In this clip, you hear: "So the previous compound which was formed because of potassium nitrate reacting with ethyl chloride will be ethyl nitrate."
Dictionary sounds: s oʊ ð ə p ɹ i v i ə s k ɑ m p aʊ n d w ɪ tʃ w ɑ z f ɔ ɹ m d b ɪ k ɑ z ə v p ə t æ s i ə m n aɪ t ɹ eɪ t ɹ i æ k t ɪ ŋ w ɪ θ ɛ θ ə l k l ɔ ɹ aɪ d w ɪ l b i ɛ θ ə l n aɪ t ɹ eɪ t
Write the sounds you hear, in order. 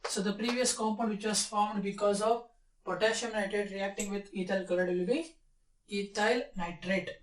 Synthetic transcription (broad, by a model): s oʊ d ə p ɹ i v i ə s k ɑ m p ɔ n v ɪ tʃ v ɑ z f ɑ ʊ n d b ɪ k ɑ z ə v p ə t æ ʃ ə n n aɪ t ɹ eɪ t ɹ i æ k t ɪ ŋ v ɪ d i t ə l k ʌ l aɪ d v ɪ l b i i t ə l n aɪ t ɹ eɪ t